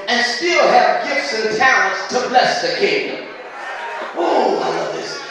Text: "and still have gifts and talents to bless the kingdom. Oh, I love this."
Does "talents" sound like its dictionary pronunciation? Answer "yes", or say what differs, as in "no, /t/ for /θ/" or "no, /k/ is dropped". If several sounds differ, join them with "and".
no, /l/ is dropped